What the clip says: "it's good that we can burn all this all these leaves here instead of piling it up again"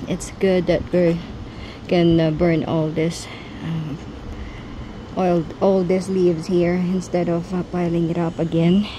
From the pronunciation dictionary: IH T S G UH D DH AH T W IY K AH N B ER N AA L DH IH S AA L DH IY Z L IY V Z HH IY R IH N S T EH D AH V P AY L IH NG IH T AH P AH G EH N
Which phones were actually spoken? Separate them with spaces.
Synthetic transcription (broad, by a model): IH T S G UH D DH AH T W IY K AH N B ER N AA L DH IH S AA L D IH S L IY V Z HH IY R IH N S T EH D AH V P AY L IH NG IH T AH P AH G EH N